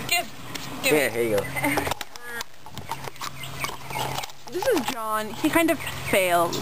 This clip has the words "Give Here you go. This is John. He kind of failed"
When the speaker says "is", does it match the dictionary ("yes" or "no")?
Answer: yes